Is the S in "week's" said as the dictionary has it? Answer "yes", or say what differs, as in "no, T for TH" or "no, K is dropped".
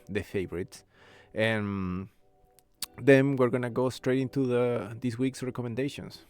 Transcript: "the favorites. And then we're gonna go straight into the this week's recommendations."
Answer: yes